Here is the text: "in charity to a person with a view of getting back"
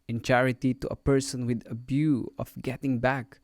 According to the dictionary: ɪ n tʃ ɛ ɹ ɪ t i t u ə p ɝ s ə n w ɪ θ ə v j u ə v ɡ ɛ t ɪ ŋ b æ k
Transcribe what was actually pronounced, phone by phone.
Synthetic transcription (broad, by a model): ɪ n tʃ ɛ ɹ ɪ t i t u ə p ɝ s ə n w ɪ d ə b j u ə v ɡ ɛ t ɪ ŋ b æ k